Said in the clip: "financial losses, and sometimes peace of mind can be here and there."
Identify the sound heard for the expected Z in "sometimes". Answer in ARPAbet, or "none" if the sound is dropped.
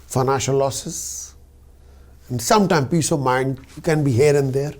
none